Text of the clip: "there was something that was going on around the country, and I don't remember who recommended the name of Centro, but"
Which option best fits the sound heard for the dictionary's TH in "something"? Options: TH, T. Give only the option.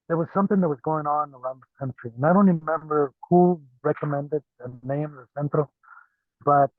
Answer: TH